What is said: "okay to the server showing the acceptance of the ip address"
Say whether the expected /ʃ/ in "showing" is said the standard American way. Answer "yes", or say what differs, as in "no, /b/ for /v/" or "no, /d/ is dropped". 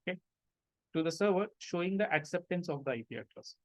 yes